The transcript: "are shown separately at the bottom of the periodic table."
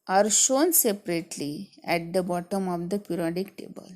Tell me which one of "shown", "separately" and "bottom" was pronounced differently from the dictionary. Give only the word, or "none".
none